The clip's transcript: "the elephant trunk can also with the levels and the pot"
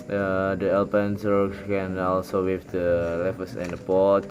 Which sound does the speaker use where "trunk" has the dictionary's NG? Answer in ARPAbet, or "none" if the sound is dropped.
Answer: none